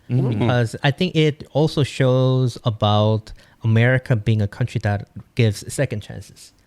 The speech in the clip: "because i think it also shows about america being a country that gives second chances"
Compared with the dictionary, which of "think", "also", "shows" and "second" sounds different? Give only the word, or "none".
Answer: none